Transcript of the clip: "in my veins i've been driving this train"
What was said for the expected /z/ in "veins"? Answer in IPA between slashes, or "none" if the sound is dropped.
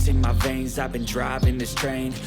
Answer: /z/